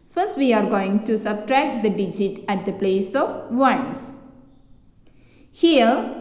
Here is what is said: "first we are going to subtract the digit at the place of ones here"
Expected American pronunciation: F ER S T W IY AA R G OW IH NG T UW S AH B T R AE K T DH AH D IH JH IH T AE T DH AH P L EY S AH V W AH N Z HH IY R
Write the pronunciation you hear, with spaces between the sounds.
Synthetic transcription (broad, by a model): F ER S T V IY AA R G OW IH NG T UW S AH B T R AE K T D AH D IH JH IH T AE T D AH P L EY S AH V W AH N S HH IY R